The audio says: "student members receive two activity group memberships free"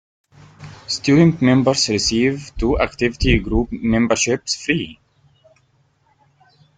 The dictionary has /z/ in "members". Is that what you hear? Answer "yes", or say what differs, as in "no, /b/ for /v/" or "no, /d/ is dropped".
no, /s/ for /z/